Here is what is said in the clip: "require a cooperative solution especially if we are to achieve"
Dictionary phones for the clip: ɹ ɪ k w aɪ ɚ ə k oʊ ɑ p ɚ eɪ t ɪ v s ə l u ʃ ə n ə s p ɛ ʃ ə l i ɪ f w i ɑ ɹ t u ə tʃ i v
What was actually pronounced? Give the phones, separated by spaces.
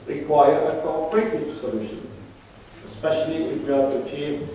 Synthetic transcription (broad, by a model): ɹ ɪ k w aɪ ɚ ə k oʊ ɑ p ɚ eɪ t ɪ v s ə l u ʃ ə n ə s p ɛ ʃ ə l i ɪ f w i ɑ l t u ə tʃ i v